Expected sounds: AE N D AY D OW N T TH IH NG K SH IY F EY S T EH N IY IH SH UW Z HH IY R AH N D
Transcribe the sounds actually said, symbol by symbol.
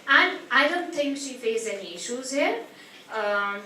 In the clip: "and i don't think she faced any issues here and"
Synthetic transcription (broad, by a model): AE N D AY D OW N T T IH NG K SH IY F EY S EH N IY IH SH UW Z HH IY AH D